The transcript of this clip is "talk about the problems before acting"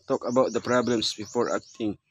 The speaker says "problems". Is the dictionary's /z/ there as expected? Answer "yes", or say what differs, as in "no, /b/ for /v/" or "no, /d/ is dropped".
no, /s/ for /z/